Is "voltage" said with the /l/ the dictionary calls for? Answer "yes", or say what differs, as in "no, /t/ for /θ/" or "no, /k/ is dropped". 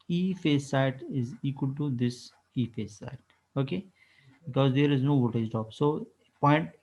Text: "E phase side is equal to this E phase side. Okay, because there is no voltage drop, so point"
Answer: no, /l/ is dropped